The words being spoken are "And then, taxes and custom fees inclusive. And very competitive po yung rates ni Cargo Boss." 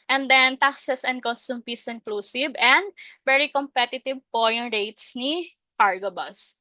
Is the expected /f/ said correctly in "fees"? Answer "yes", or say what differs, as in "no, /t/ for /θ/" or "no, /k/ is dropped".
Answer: no, /p/ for /f/